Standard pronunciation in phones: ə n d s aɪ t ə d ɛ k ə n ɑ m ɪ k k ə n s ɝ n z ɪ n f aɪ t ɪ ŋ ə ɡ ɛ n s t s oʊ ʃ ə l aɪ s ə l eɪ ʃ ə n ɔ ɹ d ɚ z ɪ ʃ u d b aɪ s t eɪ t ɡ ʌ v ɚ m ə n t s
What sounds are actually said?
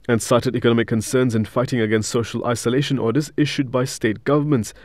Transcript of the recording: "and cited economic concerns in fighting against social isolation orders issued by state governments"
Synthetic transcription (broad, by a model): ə n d s aɪ t ə d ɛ k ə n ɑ m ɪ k k ə n s ɝ n z ɪ n f aɪ t ɪ ŋ ə ɡ ɛ n s t s oʊ ʃ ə l aɪ s ə l eɪ ʃ ə n ɔ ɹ d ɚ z ɪ ʃ u d b aɪ s t eɪ t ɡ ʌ v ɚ m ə n t s